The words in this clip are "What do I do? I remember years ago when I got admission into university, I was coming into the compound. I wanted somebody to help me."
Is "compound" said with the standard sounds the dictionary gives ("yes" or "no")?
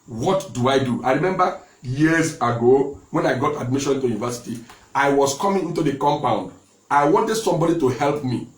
yes